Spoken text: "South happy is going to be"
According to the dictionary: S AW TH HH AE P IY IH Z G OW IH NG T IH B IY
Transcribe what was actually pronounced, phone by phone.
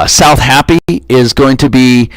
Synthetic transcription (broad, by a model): S AW TH HH AE P IY IH Z G OW IH NG T IH B IY